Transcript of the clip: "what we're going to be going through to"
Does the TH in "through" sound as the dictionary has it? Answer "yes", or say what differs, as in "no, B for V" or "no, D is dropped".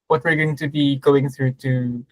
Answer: yes